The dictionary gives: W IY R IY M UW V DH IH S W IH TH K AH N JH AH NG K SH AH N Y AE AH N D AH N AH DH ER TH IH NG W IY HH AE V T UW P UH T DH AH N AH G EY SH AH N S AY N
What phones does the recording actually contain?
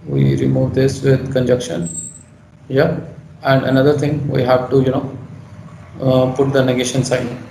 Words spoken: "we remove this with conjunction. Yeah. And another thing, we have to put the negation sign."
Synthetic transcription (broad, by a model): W IY R IY M UW V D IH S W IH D K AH N JH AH K SH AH N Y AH AH N D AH N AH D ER T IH NG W IY HH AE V T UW P UH T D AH N AH G EY SH AH N S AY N